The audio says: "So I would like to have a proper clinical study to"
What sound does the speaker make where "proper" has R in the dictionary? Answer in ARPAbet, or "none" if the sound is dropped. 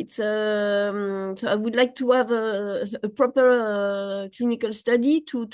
R